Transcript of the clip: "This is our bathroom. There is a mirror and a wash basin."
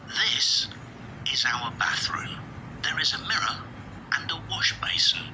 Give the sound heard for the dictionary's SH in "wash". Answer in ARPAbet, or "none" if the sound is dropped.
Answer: SH